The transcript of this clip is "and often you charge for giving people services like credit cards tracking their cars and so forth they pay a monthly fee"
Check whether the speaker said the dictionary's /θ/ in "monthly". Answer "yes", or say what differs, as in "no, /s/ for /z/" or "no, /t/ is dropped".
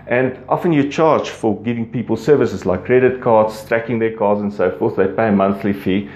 yes